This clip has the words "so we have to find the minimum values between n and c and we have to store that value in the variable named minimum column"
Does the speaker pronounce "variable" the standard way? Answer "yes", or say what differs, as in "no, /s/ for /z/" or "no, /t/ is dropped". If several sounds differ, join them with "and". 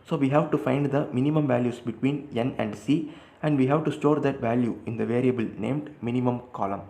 yes